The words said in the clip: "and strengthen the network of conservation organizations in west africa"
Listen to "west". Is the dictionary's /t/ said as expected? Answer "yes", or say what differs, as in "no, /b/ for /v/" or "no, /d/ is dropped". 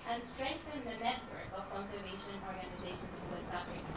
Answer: no, /t/ is dropped